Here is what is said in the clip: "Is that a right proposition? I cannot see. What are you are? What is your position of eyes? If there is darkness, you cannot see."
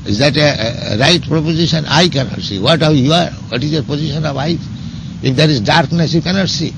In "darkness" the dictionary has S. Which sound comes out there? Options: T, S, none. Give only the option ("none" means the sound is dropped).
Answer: S